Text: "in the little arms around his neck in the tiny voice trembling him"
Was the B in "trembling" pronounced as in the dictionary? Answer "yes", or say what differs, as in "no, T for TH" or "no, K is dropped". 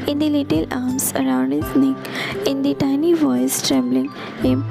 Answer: yes